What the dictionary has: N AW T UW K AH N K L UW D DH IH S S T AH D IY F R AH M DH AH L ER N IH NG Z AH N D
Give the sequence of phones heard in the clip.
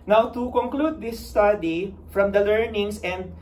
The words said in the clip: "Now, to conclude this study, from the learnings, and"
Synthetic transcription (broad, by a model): N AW T UW K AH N K L UW D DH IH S S T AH D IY F R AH M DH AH L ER N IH NG S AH N D